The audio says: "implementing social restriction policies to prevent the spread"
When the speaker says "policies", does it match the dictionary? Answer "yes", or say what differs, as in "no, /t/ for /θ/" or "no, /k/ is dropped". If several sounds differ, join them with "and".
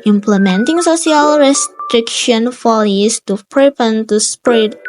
no, /f/ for /p/